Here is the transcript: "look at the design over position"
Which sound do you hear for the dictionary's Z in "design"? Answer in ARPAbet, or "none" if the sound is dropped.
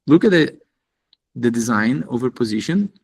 Z